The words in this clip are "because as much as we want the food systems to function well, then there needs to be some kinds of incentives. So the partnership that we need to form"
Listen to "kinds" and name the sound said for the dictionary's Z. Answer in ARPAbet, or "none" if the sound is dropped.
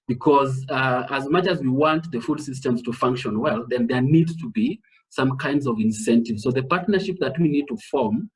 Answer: Z